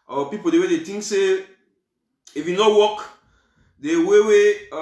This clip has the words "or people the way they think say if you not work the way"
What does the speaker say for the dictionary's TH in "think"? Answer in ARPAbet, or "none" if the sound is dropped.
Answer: T